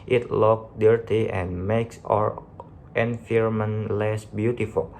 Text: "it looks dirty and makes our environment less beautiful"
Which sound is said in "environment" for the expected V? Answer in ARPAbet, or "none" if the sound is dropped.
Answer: F